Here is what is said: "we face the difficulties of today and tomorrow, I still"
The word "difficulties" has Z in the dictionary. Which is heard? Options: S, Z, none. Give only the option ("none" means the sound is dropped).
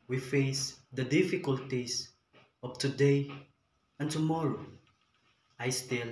S